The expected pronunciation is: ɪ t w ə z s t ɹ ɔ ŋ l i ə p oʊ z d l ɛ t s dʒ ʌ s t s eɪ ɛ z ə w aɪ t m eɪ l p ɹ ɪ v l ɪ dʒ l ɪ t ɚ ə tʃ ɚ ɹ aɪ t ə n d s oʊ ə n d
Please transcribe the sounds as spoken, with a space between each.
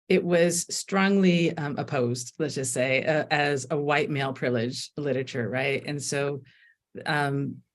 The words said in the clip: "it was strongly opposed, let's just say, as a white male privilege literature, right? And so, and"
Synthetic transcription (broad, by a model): ɪ t w ə z s t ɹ ɔ ŋ l i ə p oʊ z d l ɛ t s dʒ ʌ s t s eɪ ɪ z ə w aɪ t m eɪ l p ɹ ɪ l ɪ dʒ l ɪ t ɚ ə tʃ ɚ ɹ aɪ t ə n s oʊ ə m